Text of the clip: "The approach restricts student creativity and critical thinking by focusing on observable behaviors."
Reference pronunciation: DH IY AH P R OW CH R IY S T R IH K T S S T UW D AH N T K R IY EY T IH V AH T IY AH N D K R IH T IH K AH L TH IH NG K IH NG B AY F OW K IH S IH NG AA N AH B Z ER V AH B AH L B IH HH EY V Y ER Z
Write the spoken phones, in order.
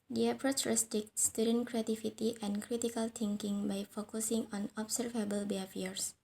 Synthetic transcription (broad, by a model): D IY AH P R OW CH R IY S T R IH K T S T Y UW D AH N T K R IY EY T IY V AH T IY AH N K R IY T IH K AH L T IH NG K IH NG B AY F OW K IH S IH NG AA N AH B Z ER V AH B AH L B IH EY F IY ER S